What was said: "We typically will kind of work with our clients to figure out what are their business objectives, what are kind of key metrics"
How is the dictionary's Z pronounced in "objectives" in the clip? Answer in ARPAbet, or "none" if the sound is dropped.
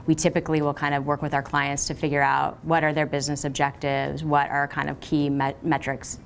Z